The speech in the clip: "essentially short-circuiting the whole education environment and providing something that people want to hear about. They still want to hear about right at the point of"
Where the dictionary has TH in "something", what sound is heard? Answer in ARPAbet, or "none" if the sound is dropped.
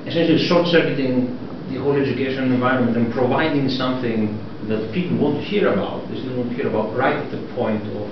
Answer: TH